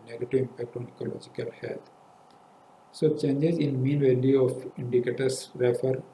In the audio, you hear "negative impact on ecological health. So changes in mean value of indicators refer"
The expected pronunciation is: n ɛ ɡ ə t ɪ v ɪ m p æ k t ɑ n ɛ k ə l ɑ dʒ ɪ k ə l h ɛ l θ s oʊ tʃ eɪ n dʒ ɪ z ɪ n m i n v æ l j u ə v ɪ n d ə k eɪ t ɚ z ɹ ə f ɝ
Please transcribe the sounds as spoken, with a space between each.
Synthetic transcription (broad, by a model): n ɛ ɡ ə t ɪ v ɪ m p æ k t ɑ n ɛ k ə l ɑ dʒ ɪ k ə l h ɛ l t s oʊ tʃ eɪ n dʒ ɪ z ɪ n m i n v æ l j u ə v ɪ n d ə k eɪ t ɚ s ɹ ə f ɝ